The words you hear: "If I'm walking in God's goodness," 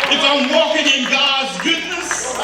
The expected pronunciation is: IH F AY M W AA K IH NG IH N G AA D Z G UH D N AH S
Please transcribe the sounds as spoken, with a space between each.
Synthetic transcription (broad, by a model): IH F AY M W AA K IH NG IH N G AA D Z G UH D N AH S